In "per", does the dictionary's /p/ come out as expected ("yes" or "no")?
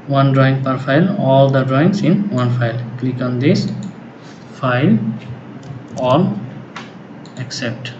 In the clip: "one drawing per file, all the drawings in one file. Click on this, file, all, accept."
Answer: yes